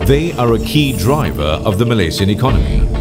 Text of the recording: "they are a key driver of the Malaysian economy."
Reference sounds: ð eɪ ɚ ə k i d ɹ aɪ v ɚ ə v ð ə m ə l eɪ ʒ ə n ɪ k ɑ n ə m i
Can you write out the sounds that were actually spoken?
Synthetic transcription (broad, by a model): ð eɪ ɚ ə k i d ɹ aɪ v ɚ ə v ð ə m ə l eɪ s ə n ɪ k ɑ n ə m i